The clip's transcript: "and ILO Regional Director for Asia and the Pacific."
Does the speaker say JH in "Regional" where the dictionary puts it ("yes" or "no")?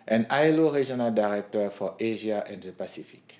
no